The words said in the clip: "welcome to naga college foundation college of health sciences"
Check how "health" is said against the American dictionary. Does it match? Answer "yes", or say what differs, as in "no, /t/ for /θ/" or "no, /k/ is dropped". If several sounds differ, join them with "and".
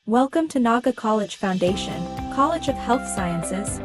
yes